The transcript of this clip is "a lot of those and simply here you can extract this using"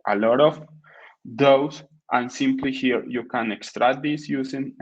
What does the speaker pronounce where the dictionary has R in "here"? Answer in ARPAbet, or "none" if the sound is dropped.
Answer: R